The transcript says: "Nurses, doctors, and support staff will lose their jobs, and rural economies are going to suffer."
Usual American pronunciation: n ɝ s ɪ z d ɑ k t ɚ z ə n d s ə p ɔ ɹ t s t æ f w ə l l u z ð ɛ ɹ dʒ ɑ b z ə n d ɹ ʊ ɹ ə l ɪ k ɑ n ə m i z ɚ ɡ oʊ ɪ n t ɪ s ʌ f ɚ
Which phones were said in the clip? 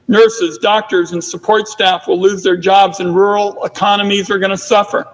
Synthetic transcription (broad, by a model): n ɝ s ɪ z d ɑ k t ɚ z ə n s ə p ɔ ɹ t s t æ f w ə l l u z ð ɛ ɹ dʒ ɑ b z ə n ɹ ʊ ɹ l ɪ k ɑ n ə m i z ɚ ɡ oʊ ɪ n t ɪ s ʌ f ɚ